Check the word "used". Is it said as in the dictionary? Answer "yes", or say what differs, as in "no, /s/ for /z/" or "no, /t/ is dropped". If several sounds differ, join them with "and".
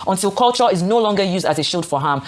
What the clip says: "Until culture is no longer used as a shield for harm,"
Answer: yes